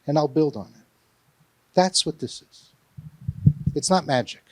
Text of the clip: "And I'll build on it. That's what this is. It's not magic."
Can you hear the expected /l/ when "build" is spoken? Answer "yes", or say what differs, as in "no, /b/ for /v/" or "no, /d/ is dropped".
yes